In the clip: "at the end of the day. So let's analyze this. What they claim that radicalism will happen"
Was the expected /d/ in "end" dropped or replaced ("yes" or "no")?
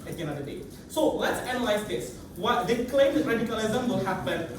yes